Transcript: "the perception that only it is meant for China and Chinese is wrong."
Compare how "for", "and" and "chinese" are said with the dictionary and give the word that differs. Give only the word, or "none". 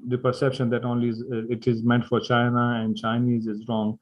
none